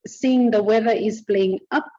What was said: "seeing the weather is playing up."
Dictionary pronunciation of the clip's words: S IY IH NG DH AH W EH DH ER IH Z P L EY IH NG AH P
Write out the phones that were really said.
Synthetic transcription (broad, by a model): S IY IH NG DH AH W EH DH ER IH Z B L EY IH NG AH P